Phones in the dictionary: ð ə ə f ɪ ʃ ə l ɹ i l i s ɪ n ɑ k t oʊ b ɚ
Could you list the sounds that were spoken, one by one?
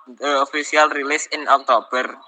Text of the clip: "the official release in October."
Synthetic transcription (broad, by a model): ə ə f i s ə l ɹ i l i s ɪ n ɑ k t oʊ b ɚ